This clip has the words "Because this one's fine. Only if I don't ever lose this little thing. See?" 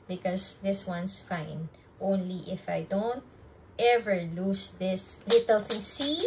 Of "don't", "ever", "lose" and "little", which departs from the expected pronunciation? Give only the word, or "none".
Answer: lose